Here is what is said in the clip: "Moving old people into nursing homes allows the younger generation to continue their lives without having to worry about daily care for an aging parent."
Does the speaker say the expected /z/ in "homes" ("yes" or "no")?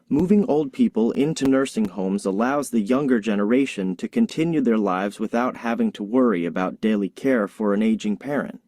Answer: yes